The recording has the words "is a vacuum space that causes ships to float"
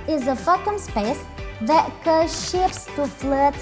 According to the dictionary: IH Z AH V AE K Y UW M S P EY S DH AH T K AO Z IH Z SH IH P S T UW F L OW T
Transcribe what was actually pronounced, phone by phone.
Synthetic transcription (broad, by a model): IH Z AH F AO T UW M S P EY S DH AH T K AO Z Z SH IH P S T UW F L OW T